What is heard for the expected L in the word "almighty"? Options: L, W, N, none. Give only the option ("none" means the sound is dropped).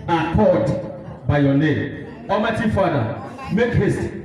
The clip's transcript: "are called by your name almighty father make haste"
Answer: none